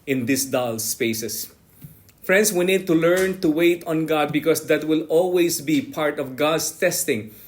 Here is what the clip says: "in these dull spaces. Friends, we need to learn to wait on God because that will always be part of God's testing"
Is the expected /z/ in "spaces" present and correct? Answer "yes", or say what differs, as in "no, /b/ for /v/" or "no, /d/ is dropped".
no, /s/ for /z/